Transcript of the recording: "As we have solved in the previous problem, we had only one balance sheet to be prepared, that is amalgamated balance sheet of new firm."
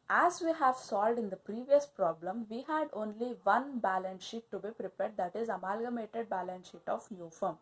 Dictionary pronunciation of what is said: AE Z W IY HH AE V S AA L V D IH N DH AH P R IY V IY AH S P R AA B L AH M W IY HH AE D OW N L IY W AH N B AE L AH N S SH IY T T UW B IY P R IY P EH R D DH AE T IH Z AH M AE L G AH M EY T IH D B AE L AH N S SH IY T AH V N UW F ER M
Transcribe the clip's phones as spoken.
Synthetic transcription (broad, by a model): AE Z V IY HH AE V S AA L V D IH N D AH P R IY V IY AH S P R AA B L AH M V IY HH AE D OW N L IY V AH N B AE L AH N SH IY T T UW B IY P R IY P EH R D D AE T IH Z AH M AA L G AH M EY T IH D B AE L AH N SH IY T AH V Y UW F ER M